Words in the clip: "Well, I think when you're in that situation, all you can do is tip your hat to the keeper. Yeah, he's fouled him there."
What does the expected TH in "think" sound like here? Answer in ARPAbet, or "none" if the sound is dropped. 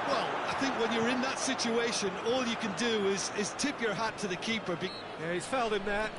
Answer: TH